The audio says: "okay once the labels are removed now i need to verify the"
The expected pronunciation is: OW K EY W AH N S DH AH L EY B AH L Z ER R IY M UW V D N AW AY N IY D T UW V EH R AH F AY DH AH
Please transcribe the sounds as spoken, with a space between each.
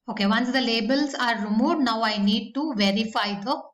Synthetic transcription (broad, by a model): OW K EY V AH N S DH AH L EY B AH L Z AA R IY M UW D N AW AY N IY D T UW V EH R AH F AY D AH